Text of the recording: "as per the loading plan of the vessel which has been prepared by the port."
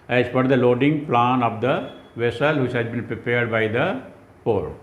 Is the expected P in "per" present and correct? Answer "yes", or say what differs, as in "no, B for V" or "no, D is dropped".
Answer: no, F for P